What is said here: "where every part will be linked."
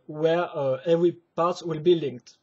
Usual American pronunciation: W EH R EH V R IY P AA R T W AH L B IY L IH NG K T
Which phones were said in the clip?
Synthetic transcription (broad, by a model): W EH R EH V R IY P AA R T W AH L B IY L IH NG K T